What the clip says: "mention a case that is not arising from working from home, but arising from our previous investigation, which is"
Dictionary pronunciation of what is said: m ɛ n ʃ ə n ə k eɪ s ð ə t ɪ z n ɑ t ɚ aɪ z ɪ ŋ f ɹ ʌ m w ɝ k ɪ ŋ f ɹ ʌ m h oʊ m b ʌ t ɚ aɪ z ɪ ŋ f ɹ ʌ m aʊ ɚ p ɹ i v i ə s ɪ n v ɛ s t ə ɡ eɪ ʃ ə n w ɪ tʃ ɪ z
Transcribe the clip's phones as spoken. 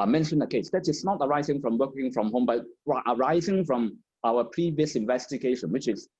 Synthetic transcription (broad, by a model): m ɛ n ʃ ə n ə k eɪ s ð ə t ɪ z n ɑ t ɚ aɪ z ɪ ŋ f ɹ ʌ m w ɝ k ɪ ŋ f ɹ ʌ m h oʊ m b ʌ t ɚ aɪ z ɪ ŋ f ɹ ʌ m aʊ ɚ p ɹ i v i ə s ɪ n v ɛ s t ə ɡ eɪ ʃ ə n w ɪ tʃ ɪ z